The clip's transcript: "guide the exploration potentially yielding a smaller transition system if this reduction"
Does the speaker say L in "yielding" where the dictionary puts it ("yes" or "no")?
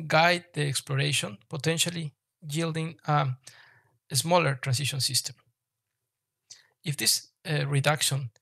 yes